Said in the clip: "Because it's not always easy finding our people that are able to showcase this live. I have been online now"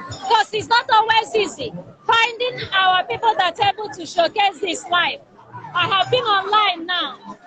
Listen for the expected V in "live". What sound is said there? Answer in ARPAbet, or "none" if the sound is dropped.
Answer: F